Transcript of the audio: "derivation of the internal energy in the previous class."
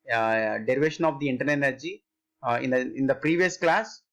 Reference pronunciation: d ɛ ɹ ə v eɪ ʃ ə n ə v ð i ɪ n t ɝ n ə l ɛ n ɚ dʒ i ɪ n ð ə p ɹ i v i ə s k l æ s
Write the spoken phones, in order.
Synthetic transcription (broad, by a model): d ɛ ɹ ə v eɪ ʃ ə n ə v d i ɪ n t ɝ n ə n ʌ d dʒ i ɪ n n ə p ɹ i v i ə s k l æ s